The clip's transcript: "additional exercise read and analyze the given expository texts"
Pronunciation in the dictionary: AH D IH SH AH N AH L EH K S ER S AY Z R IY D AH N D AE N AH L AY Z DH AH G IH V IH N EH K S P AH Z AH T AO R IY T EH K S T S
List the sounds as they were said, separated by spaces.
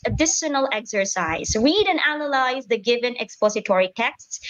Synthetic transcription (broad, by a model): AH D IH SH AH N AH L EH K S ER S AY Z R IY D AH N D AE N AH L AY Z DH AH G IH V IH N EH K S P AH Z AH T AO R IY T EH K S T S